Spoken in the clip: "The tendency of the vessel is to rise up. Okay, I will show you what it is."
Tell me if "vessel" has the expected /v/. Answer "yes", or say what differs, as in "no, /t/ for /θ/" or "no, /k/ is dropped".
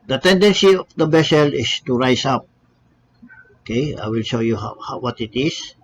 no, /b/ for /v/